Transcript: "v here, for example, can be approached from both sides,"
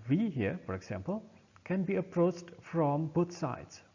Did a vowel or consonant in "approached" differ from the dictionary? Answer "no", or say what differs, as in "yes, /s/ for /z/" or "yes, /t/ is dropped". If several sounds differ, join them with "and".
no